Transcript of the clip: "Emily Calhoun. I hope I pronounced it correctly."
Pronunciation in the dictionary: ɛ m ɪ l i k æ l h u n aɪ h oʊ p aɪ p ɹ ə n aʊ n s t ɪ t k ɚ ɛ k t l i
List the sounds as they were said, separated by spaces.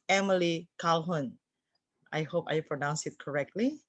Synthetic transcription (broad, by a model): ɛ m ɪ l i k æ l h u n aɪ h oʊ p aɪ p ɹ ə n aʊ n s ɪ t k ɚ ɛ k t l i